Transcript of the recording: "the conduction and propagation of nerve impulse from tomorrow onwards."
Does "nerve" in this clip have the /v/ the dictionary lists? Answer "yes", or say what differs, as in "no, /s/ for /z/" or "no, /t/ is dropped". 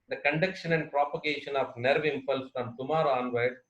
yes